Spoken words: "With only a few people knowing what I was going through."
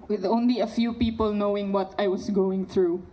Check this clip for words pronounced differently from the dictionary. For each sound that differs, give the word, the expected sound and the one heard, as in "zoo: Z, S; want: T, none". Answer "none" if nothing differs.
was: Z, S